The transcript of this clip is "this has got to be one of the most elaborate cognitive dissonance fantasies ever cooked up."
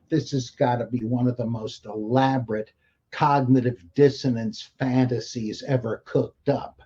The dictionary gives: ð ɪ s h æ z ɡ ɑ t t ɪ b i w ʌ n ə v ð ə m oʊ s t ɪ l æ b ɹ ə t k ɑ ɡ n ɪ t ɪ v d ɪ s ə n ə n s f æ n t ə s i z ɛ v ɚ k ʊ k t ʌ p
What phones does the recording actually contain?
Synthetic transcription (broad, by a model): ð ɪ s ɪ z ɡ ɑ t t ɪ b i w ʌ n ə v ð ə m oʊ s t ɪ l æ b ɹ ə t k ɑ ɡ n ɪ t ɪ v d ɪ s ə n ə n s f æ n t ə s i z ɛ v ɚ k ʊ k t ʌ p